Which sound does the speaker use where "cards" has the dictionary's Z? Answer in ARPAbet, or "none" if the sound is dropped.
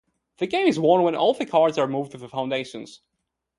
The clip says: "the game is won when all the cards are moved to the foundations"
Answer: Z